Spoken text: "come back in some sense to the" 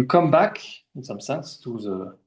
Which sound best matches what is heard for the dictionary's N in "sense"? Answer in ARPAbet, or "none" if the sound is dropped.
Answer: none